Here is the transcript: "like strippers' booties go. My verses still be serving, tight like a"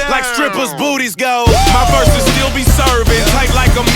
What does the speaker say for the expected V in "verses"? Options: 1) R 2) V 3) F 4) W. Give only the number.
3